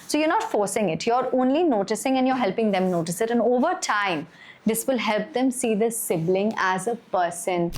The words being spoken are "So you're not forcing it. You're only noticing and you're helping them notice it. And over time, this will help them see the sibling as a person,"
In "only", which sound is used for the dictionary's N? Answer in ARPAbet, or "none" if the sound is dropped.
N